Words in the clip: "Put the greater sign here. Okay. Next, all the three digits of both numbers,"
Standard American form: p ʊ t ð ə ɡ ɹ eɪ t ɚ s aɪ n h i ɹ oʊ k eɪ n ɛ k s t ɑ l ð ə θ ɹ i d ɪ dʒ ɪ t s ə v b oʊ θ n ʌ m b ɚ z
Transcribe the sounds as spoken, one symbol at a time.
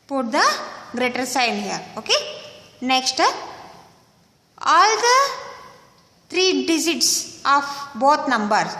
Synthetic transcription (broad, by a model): p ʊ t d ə ɡ ɹ eɪ t ɚ s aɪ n h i ɹ oʊ k eɪ n ɛ k s t ɑ l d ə t ɹ i d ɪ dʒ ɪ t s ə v b oʊ t n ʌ m b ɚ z